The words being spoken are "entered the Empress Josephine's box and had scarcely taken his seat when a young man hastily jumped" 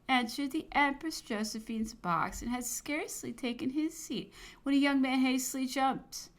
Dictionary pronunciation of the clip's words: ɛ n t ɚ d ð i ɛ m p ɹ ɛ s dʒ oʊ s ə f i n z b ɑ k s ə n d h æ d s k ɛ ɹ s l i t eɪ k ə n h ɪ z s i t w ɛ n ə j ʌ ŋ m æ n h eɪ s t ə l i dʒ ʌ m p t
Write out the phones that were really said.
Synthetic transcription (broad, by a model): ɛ n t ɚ d ð i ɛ m p ɹ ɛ s dʒ oʊ s ə f i n z b ɑ k s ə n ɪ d s k ɛ ɹ s l i t eɪ k ə n ɪ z s i t w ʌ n ə j ʌ ŋ m æ n h eɪ s t l i dʒ ʌ m p t